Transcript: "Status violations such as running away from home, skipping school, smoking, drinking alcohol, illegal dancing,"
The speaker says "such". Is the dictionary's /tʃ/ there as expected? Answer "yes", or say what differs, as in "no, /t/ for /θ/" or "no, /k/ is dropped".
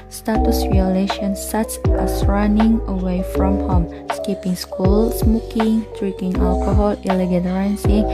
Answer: no, /s/ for /tʃ/